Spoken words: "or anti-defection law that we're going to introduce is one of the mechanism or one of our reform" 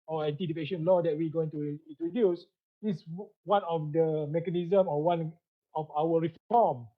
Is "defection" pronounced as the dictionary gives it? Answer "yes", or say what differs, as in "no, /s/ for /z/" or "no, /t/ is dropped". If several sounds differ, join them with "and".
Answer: no, /p/ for /f/ and /k/ is dropped